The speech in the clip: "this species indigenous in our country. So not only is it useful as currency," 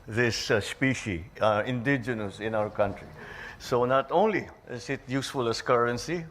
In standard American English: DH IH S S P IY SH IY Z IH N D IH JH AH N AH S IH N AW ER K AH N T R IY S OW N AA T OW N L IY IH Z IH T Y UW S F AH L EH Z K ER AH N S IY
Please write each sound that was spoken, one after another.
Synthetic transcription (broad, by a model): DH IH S S P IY SH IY IH N D IH JH AH N AH S IH N AW ER K AH N T R IY S OW N AA T OW N L IY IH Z IH T Y UW S F AH L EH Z K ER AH N S IY